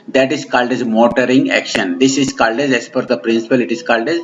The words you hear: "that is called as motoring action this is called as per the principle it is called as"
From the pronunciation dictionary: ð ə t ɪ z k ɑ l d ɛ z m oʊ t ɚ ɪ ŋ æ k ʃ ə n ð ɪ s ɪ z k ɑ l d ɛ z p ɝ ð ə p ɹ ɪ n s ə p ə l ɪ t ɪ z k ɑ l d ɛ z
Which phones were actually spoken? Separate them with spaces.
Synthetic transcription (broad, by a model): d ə t ɪ z k ɑ l d ɛ z m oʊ t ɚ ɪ ŋ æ k ʃ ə n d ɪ s ɪ z k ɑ l d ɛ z f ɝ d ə p ɹ ɪ n s ə p ə l ɪ t ɪ z k ɑ l d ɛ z